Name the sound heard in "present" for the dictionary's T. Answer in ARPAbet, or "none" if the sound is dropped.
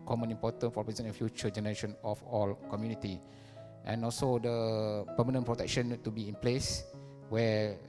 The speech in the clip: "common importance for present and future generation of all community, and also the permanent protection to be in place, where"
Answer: none